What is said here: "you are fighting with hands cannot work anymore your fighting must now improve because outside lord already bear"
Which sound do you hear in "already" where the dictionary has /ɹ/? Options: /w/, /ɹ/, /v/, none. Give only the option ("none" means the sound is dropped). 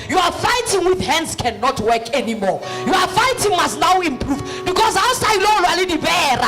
none